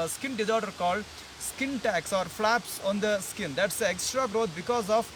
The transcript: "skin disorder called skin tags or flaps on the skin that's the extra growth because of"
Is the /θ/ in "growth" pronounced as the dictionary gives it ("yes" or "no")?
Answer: no